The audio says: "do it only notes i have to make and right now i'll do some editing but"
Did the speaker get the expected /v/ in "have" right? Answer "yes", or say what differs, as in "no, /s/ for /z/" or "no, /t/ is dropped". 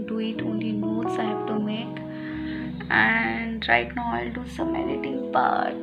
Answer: no, /b/ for /v/